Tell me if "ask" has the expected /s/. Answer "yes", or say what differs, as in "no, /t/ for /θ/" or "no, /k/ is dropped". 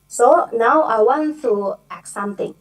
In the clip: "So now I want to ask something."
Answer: no, /s/ is dropped